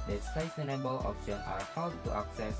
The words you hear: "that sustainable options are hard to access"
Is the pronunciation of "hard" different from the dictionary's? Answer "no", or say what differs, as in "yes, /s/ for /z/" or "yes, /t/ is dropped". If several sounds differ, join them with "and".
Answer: yes, /w/ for /ɹ/